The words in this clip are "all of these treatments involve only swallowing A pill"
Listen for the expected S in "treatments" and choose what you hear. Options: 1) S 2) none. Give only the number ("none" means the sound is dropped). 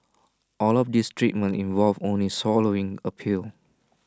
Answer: 2